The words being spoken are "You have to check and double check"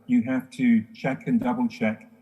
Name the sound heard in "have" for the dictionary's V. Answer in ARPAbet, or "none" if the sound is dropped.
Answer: F